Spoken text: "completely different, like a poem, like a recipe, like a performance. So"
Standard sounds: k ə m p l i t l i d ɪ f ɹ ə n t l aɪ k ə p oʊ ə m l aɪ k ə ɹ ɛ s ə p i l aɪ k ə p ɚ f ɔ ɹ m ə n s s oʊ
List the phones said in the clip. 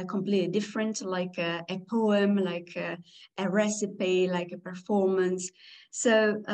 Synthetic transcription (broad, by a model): k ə m p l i t l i d ɪ f ɹ ə n t l aɪ k ə p oʊ ə m l aɪ k ə ɹ ɛ s ə p i l aɪ k ə p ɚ f ɔ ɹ m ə n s s oʊ